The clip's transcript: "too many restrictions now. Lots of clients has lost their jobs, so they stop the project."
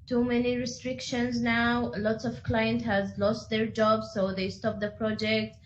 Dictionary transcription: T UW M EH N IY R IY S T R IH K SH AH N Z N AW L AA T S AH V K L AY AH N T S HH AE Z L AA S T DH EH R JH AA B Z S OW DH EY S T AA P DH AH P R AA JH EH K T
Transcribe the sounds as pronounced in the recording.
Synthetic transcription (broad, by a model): T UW M EH N IY R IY S T R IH K SH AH N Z N AW L AA T S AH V K L AY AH N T HH AE Z L AA S T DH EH R JH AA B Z S OW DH EY S T AA P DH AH P R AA JH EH K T